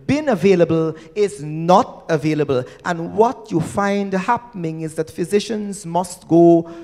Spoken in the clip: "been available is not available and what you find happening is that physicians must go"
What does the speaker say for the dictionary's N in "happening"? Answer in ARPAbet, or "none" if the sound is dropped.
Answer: N